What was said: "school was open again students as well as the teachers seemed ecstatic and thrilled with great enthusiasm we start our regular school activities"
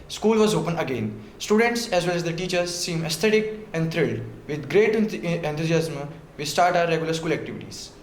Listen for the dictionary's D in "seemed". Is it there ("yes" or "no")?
no